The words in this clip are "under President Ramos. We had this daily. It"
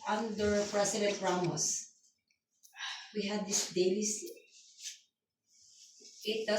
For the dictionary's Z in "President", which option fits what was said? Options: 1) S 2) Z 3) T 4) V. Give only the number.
1